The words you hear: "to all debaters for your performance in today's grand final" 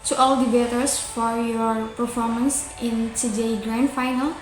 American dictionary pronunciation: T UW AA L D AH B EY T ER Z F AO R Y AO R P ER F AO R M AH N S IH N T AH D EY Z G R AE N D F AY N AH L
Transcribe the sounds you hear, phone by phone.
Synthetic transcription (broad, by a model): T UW AA L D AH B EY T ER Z F AO R Y AO R P ER F AO R M AH N S IH N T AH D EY G R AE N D F AY N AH L